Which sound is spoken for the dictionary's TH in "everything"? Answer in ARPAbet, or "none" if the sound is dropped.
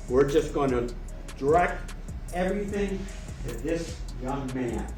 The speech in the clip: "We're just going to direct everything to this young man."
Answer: TH